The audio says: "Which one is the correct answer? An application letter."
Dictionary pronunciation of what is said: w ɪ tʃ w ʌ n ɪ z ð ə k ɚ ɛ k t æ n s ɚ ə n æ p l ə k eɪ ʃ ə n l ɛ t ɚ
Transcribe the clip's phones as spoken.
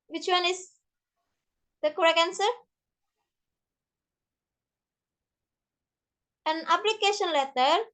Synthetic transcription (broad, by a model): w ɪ tʃ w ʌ n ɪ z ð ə k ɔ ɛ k æ n s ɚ ə n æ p l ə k eɪ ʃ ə n l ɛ t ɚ